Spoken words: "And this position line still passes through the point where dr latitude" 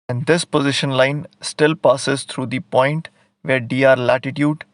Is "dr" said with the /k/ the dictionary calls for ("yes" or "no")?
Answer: no